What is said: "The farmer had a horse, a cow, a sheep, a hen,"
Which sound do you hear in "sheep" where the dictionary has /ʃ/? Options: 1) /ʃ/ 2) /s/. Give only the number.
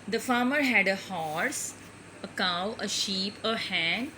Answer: 1